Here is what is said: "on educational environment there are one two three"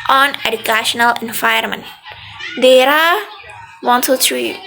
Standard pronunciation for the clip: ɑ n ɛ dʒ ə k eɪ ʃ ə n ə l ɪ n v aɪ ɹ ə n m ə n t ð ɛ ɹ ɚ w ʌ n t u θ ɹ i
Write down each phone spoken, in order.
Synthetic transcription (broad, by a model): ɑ n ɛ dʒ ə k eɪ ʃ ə n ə l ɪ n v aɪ ə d m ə n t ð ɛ ɹ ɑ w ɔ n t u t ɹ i